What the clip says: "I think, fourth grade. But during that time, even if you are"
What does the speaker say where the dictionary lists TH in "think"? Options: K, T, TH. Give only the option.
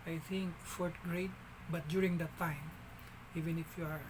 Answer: T